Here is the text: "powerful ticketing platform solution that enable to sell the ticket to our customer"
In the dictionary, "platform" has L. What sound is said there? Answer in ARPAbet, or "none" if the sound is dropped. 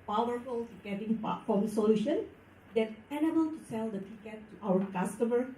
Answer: none